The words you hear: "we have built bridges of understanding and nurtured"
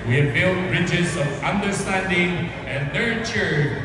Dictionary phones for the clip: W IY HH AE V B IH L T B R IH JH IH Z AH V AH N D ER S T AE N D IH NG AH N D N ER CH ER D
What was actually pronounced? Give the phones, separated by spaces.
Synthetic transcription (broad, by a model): W IY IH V B IH L T B R IH JH IH Z AH V AH N D ER S T AE N D IH NG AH N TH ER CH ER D